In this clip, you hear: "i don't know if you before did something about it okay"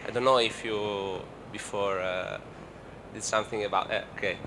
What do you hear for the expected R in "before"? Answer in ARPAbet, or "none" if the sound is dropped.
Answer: R